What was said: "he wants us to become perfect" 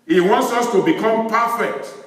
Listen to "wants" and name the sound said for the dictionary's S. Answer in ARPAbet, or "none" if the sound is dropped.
S